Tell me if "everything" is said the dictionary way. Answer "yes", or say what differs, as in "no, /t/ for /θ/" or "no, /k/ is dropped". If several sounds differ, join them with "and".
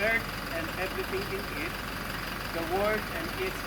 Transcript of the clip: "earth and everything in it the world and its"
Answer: no, /t/ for /θ/